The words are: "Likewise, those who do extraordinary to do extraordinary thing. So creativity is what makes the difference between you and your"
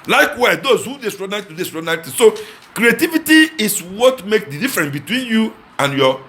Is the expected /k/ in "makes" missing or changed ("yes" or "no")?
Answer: no